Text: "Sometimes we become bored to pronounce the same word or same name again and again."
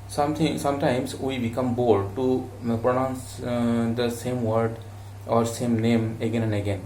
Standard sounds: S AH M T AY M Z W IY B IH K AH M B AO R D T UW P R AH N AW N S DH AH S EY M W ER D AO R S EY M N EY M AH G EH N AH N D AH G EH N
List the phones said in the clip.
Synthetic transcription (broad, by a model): S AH M T AY M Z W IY B IH K AH M B AO L D T UW P R AH N AW N S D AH S EY M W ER D AO R S EY M N EY M AH G EH N AH N D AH G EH N